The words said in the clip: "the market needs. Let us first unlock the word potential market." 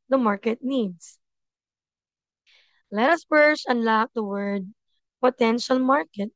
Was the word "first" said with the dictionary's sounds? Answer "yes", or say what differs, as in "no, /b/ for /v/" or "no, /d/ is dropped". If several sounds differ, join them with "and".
no, /t/ is dropped